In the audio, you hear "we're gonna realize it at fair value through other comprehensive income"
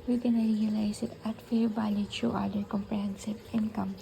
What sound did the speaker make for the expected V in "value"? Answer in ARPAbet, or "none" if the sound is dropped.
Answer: B